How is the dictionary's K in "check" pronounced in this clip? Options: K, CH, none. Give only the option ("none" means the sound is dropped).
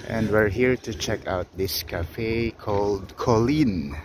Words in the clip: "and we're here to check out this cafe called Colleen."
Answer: K